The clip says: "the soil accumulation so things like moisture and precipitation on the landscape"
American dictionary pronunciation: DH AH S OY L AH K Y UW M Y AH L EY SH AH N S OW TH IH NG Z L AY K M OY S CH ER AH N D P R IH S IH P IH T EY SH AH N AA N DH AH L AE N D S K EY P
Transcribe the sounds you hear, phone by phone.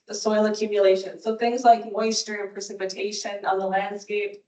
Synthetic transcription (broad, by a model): DH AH S OY L AH K Y UW M Y AH L EY SH AH N S OW TH IH NG Z L AY K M OY S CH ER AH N P R IH S IH P IH T EY SH AH N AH N DH AH L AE N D S K EY P